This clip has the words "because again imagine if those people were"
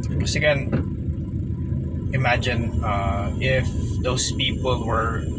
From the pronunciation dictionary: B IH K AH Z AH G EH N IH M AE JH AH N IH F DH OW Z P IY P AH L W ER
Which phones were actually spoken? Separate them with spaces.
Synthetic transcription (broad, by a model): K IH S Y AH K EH N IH M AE JH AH N IH F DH OW S P IY P AH L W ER